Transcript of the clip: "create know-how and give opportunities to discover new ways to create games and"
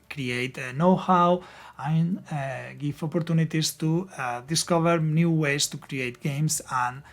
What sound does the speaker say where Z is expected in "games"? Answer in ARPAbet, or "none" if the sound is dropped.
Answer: S